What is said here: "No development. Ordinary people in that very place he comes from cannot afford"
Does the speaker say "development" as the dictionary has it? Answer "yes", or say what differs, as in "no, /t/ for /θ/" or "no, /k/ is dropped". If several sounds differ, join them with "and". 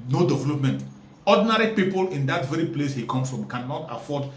yes